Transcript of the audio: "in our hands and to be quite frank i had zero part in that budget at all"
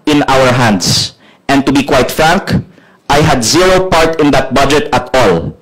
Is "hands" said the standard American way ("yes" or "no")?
no